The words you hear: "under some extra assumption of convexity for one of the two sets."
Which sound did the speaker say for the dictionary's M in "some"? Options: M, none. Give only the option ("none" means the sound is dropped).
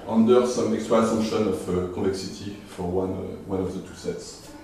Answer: M